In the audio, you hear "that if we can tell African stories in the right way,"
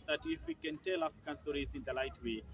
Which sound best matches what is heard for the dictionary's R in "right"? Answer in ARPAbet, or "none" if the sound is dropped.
L